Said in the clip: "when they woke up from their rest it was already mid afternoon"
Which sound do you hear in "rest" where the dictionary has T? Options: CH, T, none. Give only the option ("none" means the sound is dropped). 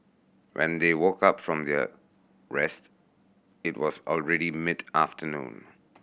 T